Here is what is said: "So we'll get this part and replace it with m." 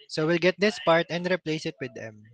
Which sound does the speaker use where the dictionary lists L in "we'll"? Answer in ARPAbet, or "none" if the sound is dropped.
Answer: L